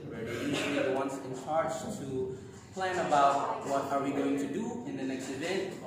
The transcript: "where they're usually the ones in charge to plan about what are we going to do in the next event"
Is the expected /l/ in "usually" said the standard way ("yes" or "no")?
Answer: no